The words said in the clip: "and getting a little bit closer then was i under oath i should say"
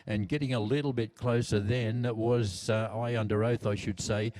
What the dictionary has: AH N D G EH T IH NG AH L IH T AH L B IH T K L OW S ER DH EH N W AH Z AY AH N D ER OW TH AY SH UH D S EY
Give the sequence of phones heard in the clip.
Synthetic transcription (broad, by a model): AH N G EH T IH NG AH L IH T L B IH T K L OW S ER DH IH N W AH Z AY AH N D ER OW TH AY SH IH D S EY